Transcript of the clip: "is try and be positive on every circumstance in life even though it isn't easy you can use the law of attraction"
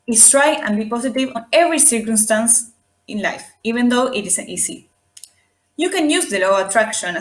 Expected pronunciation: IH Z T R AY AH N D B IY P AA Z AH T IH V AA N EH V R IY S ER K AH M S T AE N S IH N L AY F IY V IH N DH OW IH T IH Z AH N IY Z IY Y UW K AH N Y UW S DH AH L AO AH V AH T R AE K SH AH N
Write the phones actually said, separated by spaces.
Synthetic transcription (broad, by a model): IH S T R AY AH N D B IY P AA S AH T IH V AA N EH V R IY S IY K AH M S T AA N S IH N L AY F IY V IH N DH OW IH T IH S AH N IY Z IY Y UW K AH N Y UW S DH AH L AO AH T R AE K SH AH N